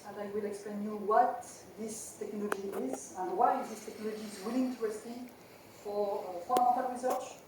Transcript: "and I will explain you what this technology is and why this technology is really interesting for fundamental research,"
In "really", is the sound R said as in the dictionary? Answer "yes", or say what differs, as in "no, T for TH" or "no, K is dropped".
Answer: no, W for R